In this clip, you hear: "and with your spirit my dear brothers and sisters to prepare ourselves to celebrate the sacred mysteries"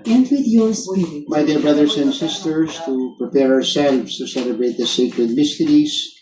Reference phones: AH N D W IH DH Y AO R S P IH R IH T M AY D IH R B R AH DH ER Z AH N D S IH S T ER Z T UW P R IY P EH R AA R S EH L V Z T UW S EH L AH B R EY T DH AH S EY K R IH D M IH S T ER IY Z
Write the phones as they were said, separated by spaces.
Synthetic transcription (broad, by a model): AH N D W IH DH Y AO R S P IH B AY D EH R B R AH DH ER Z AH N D S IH S T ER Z T UW P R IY P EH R R S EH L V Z T UW S EH L AH B R EY T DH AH S EY K R IH D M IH S T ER IY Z